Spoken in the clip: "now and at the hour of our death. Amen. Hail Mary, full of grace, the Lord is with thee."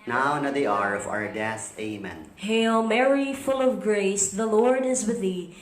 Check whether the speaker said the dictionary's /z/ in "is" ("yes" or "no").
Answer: yes